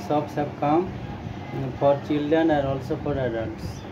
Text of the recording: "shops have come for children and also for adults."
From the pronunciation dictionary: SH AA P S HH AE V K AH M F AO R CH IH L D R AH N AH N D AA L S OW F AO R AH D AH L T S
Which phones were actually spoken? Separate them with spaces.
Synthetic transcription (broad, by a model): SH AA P S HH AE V K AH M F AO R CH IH L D AH N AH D AA L S OW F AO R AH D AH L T S